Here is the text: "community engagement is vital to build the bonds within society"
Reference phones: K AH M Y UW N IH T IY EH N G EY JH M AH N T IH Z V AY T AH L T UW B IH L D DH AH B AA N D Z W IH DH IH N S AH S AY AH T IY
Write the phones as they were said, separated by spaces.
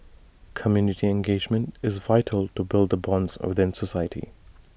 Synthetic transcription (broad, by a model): K AH M Y UW N IH T IY EH N G EY JH M AH N T IH Z V AY T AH L T UW B IH L D DH AH B AA N D Z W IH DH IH N S AH S AY AH T IY